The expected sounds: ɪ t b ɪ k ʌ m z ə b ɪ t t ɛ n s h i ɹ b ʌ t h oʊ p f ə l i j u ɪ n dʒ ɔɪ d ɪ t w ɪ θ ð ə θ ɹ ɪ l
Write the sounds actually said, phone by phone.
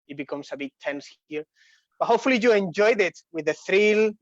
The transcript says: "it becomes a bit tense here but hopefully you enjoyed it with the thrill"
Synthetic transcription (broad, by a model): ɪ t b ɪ k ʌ m s ə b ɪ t t ɛ n s h i ɹ b ʌ t h oʊ p f ə l i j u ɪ n dʒ ɔɪ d ɪ t w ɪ ð ə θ ɹ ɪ l